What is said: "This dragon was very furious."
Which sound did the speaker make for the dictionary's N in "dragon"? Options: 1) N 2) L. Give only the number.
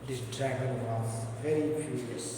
2